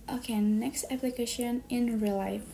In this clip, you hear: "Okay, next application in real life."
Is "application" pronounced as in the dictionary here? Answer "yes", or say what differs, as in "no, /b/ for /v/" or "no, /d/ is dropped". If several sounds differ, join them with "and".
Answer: yes